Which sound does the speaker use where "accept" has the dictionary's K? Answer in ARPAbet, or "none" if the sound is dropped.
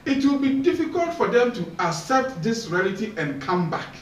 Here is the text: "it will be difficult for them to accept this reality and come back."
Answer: none